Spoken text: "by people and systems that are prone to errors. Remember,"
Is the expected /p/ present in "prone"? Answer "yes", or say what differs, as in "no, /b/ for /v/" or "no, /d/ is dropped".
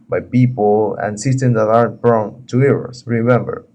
no, /b/ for /p/